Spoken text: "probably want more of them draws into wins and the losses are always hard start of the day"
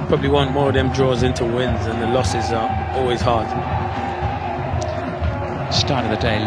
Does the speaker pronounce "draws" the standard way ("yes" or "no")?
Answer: yes